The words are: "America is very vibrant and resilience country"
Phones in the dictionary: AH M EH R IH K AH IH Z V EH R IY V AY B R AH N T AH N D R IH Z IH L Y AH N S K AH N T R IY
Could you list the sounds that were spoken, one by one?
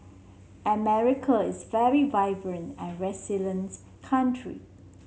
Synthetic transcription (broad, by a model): AH M EH R IH K AH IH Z V EH R IY V AY B R AH N T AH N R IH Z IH L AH N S K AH N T R IY